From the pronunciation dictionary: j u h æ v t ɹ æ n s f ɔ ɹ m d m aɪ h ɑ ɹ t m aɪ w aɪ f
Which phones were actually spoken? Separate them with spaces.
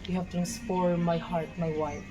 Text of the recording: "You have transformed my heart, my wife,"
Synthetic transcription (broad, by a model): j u h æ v t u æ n s p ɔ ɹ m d m aɪ h ɑ ɹ t m aɪ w aɪ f